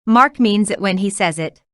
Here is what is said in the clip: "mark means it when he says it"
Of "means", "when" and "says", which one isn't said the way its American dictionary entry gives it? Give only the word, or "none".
none